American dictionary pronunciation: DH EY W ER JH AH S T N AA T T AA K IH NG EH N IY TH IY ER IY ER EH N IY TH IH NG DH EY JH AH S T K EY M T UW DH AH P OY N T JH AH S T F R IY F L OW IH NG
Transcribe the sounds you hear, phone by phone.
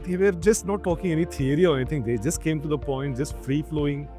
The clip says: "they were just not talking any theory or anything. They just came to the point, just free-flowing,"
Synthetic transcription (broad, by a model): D EY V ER JH AH S T N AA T T AA K IH NG EH N IY T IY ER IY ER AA IY T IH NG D EY JH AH S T K EY M T UW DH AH P OY N T JH AH S T F R IY F L OW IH NG